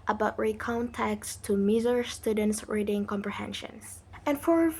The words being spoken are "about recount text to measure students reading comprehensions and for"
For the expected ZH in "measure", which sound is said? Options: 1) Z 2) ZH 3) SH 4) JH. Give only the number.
1